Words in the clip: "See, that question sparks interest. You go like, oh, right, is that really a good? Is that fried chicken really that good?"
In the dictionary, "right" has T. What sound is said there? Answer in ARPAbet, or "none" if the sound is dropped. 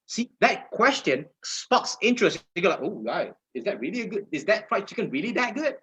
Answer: none